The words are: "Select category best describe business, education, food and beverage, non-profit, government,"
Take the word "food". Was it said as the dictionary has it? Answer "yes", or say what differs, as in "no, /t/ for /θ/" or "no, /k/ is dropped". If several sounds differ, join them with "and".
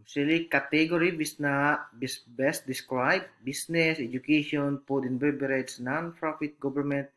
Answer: no, /p/ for /f/